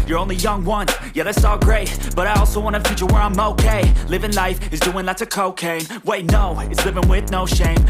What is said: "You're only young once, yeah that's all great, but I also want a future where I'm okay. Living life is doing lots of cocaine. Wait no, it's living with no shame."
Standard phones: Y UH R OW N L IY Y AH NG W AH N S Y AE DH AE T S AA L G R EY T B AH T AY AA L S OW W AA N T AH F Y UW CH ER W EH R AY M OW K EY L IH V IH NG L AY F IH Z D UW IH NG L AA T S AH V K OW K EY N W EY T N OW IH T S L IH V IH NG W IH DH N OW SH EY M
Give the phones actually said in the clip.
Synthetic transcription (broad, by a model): Y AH R OW N L IY Y AH NG W AH N Y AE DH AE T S AA L G R EY T B AH T AY AA L S OW W AA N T AH F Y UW CH ER W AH R AY M OW K EY L IH V IH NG L AY F IH Z D UW IH NG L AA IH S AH K OW K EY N W EY T N OW IH T S L IH V IH NG W IH DH N OW SH EY M